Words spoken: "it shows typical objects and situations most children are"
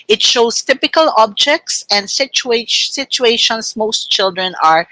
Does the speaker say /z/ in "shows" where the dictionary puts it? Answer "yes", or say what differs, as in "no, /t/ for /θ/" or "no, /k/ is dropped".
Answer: no, /s/ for /z/